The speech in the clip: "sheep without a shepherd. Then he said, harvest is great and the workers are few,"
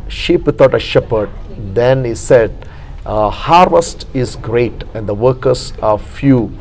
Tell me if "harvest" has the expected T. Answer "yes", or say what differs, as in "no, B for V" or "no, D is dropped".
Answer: yes